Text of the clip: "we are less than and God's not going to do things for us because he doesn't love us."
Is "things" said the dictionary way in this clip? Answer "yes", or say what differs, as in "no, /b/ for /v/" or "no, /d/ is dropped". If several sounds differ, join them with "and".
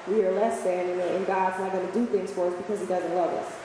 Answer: yes